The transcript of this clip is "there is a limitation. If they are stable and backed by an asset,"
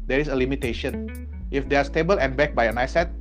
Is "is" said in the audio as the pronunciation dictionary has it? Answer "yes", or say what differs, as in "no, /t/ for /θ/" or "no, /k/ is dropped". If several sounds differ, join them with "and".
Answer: no, /s/ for /z/